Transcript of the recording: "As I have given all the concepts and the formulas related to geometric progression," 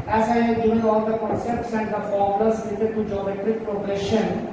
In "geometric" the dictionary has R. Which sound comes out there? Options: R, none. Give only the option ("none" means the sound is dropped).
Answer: none